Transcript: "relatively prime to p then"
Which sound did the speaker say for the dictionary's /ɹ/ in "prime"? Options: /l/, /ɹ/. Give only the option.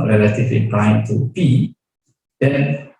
/l/